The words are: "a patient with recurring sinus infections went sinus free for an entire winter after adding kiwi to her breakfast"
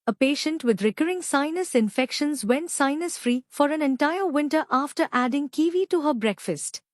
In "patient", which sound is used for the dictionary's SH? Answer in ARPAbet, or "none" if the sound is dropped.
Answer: SH